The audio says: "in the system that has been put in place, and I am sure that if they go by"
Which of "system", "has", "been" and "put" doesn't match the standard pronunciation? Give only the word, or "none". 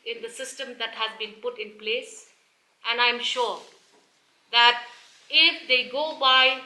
none